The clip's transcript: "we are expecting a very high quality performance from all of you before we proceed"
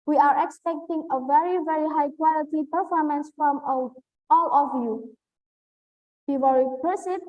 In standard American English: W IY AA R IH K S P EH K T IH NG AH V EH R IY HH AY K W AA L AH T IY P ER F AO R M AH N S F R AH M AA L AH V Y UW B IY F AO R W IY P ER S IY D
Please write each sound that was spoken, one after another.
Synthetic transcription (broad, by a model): W IY AA R IH K S P EH K T IH NG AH V EH R IY HH AY K W AA L AH T IY P ER F AO R M AH N S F R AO M AA L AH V Y UW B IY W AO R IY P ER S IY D